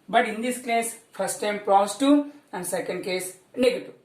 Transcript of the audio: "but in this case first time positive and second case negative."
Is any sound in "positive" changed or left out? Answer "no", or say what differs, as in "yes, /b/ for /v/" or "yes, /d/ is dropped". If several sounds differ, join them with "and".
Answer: yes, /v/ is dropped